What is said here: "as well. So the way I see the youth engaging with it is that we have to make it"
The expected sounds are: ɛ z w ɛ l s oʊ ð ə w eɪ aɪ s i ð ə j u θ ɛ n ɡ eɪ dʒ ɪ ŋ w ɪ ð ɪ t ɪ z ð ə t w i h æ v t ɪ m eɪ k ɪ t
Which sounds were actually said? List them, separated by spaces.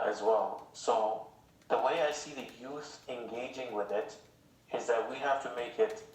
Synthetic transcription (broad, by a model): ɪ z w ɛ l s oʊ ð ə w eɪ aɪ s i ð ə j u θ ɛ n ɡ eɪ dʒ ɪ ŋ w ɪ ð ɪ t ɪ z ð ə t w i h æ f t ɪ m eɪ k ɪ t